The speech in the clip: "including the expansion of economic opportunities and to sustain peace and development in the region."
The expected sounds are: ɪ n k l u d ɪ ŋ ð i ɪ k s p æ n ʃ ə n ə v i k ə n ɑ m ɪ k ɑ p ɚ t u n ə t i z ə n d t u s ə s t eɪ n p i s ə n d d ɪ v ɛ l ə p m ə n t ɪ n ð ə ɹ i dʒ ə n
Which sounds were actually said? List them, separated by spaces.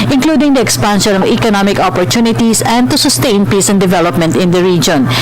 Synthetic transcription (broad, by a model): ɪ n k l u d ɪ ŋ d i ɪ k s p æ n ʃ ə n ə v i k ə n ɑ m ɪ k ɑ p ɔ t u n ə t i s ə n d t u s ə s t eɪ n p i s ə n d d ɪ v ɛ l ə p m ə n t ɪ n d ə ɹ i dʒ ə n